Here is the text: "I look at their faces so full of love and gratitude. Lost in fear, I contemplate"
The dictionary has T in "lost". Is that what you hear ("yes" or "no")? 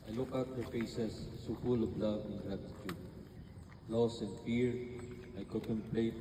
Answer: no